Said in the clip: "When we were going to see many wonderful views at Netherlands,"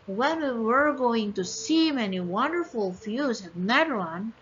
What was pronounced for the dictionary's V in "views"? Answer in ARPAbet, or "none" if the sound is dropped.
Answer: F